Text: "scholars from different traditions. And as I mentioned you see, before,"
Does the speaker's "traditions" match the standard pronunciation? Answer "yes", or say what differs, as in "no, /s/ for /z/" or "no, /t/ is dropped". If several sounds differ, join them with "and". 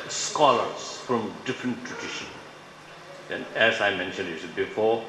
no, /z/ is dropped